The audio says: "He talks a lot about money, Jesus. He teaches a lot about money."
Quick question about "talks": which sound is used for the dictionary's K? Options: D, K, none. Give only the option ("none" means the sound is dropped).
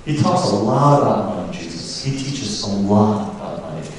K